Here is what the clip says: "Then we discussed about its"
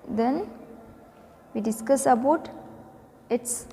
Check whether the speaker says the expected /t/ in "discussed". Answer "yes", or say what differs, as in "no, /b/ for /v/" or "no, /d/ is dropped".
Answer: no, /t/ is dropped